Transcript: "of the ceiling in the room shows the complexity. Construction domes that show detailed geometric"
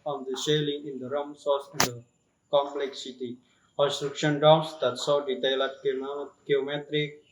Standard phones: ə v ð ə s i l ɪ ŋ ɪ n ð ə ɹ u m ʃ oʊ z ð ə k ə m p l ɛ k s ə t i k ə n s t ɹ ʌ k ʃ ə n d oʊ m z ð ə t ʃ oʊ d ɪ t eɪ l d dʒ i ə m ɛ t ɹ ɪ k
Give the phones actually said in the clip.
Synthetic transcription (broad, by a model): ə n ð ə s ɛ l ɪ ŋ ɪ n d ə ɹ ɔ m s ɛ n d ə k ə m p l ɛ k s ə t i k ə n s t ɹ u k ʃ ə n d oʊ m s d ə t s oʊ d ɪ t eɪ l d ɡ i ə m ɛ t ɹ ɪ k